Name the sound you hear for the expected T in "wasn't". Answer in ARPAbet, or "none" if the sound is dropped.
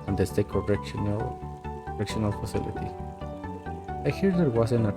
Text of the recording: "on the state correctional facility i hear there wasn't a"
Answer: none